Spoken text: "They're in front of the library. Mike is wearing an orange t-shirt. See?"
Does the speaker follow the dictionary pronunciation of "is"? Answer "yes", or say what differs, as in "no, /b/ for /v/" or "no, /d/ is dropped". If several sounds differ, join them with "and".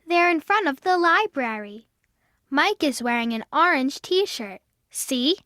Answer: yes